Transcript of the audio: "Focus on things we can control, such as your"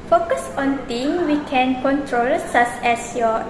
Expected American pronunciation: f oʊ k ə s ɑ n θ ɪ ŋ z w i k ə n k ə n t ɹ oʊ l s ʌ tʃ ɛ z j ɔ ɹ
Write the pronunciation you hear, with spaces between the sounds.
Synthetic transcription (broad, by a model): f oʊ k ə s ɑ n t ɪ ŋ w i k ə n k ə n t ɹ oʊ l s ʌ s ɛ s j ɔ